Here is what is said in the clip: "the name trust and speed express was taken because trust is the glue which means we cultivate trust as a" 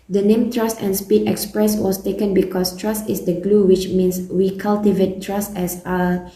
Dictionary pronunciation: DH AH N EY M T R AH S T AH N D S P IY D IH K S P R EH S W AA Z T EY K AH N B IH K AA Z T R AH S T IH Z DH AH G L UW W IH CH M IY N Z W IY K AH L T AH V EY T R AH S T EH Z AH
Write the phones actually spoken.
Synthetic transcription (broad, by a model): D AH N EY M T R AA S T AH N S P IY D IH K S P R EH S W AA S T EY K AH N B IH K AA S T R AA S T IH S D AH G L UW W IH CH M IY N S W IY K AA L T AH V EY T R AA S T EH S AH